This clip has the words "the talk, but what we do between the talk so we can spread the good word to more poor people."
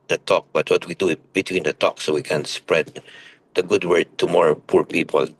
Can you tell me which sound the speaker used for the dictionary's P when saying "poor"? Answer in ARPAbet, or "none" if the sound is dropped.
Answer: P